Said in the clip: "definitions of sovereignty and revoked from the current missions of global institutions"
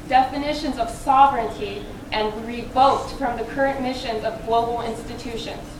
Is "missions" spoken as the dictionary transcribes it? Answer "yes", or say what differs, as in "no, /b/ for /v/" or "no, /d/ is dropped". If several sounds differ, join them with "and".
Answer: yes